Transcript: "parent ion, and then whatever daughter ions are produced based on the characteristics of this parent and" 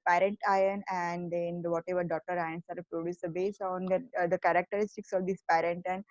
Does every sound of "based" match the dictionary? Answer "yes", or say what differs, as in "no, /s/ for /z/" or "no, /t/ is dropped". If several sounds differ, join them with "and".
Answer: no, /t/ is dropped